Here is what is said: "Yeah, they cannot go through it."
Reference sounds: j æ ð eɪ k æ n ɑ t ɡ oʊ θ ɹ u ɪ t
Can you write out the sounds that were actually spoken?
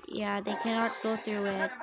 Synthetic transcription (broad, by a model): j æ ð eɪ k æ n ɑ t ɡ oʊ θ ɹ u ɪ t